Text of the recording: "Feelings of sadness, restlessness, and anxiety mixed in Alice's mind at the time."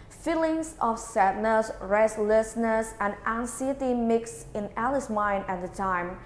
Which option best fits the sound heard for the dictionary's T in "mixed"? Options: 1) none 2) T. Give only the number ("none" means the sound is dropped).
1